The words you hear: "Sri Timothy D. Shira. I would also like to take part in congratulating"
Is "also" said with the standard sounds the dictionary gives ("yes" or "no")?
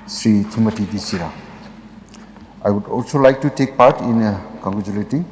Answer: yes